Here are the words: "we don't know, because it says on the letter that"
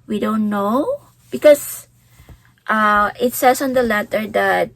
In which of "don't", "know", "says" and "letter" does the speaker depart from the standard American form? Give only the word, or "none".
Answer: says